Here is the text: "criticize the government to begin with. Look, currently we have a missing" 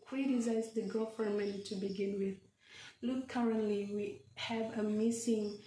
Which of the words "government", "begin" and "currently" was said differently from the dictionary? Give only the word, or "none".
government